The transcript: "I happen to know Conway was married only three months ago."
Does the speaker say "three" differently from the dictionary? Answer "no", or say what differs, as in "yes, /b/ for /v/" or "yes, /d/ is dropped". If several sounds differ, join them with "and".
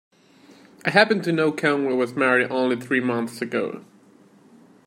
no